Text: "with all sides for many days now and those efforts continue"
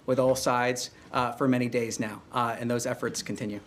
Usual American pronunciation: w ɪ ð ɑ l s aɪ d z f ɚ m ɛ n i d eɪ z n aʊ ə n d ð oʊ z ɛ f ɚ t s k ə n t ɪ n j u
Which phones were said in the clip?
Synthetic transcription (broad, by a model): w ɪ ð ɑ l s aɪ d z f ɚ m ɛ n i d eɪ z n aʊ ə n ð oʊ z ɛ f ɚ t s k n t ɪ n j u